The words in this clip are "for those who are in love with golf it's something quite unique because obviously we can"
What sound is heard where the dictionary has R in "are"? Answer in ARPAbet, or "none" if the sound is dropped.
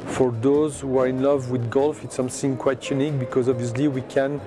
R